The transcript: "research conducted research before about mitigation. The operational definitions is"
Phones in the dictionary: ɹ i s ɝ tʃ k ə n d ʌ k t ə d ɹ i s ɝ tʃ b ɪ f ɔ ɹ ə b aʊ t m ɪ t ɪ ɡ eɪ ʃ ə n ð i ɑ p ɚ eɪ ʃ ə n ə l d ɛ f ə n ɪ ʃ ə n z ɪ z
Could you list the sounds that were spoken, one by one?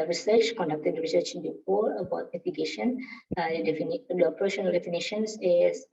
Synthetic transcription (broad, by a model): ɹ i s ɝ tʃ k ə n d ʌ k t ə d ɹ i s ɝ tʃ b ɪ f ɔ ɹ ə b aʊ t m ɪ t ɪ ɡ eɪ ʃ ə n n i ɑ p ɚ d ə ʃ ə n d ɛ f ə n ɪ ʃ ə n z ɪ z